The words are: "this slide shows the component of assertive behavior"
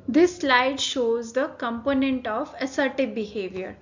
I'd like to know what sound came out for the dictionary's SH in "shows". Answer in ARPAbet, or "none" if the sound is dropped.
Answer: SH